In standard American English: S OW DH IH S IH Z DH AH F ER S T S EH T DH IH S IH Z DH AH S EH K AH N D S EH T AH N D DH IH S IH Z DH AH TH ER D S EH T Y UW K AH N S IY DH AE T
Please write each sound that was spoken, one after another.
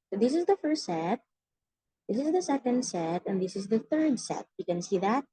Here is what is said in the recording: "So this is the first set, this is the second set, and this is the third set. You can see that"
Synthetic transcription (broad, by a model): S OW DH IH S IH Z DH AH F ER S T S EH T DH IH S IH Z DH AH S EH K AH N D S EH T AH N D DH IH S IH Z DH AH TH ER D S EH T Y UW K AH N S IY DH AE T